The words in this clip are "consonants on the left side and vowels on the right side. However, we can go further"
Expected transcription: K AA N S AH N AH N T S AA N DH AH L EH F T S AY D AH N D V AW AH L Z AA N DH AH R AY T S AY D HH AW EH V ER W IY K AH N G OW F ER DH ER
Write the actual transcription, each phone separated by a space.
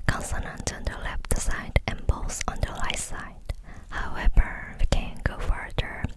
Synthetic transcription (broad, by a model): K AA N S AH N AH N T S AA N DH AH L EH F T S AY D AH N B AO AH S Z AA N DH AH L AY S AY D HH AW EH V ER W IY K AH N G OW F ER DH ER